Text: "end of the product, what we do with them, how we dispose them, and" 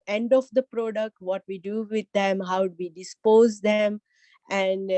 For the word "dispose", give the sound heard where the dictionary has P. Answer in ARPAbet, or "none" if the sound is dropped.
P